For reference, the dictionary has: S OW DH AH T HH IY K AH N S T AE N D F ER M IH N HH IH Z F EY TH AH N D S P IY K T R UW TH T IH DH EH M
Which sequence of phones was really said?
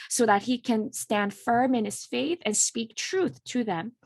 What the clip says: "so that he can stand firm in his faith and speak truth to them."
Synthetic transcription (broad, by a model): S OW DH AH T HH IY K AH N S T AE N D F ER M IH N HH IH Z F EY TH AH N S P IY K T R UW TH T IH DH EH M